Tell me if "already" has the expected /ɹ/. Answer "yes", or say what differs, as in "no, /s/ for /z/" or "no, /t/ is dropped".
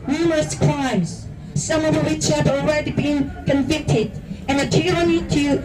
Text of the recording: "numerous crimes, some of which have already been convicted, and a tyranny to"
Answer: yes